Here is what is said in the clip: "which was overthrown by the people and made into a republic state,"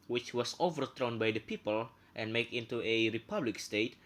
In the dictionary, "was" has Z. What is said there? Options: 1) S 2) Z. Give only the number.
1